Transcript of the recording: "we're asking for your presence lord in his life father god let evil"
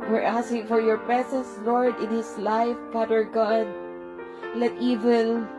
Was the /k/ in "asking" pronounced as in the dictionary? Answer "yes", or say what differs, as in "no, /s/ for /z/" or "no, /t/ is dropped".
no, /k/ is dropped